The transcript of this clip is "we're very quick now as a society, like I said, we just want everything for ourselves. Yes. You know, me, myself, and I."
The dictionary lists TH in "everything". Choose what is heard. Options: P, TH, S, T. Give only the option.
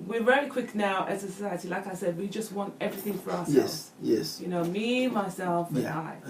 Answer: TH